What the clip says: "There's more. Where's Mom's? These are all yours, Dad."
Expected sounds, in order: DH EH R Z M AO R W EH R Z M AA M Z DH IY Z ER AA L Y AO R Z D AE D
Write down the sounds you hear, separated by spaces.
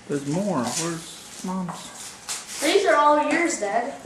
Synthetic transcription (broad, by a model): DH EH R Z M AO R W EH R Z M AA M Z DH IY Z ER AA L Y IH R Z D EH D